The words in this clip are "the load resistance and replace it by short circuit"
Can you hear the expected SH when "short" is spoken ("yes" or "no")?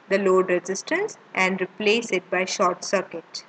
yes